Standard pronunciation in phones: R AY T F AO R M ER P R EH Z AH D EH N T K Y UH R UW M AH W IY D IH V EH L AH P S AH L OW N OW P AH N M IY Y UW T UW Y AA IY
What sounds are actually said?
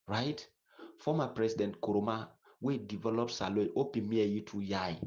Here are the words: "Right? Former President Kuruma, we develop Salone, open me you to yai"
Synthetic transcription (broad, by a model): R AY T F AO M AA P R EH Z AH D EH N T K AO R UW M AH W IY D IH V EH L AH P S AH L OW OW P AH N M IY Y UW T UW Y AA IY